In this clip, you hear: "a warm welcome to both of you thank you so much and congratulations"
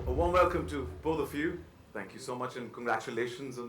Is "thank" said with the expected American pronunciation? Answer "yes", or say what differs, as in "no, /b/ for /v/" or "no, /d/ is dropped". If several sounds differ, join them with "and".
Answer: yes